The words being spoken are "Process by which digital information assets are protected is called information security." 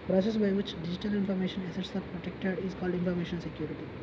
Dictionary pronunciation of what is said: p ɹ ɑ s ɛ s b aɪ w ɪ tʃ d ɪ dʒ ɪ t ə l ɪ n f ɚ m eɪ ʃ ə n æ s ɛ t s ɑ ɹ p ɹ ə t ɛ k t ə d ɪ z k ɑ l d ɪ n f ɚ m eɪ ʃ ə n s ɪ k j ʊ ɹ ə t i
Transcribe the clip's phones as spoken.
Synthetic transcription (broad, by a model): p ɹ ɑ s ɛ s b aɪ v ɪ tʃ d ɪ dʒ ɪ t ə l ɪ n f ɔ m eɪ ʃ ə n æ s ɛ t s ɑ ɹ p ɹ ə t ɛ k t ə d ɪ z k ɑ l d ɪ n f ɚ m eɪ ʃ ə n s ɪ k j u ɹ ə t i